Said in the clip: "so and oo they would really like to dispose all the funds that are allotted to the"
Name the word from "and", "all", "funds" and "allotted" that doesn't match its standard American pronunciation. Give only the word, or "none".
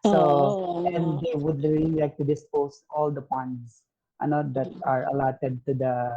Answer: funds